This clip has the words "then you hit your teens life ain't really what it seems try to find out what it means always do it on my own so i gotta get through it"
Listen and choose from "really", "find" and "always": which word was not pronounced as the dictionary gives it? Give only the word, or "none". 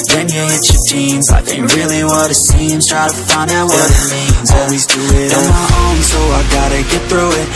none